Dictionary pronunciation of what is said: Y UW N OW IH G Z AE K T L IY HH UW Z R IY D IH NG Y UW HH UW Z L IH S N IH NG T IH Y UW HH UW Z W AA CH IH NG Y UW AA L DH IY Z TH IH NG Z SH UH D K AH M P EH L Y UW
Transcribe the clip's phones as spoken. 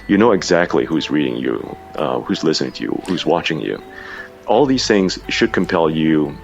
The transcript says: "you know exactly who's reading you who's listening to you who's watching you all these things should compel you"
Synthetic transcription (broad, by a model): Y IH N OW IH G Z AE K T L IY HH UW Z R IY D IH NG Y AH HH UW Z L IH S N IH NG T IH Y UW HH UW Z W AA CH IH NG Y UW AA L DH IY Z TH IH NG Z SH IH D K AH M P EH L Y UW